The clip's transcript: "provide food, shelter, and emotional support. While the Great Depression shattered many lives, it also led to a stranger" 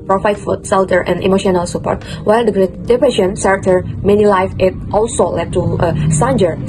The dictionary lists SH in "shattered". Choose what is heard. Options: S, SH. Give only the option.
S